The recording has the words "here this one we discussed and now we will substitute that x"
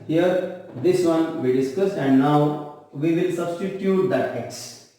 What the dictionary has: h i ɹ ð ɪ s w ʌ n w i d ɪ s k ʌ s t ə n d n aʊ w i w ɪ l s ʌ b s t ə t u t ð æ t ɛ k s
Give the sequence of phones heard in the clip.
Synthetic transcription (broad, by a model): h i ɹ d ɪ s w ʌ n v i d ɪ s k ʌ s ə n d n aʊ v i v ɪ l s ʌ b s t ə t u t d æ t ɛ k s